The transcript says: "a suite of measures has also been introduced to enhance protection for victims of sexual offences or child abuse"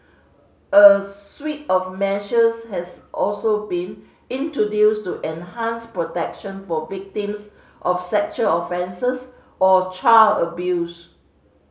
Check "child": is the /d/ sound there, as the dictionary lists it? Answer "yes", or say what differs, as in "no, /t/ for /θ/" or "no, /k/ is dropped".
no, /d/ is dropped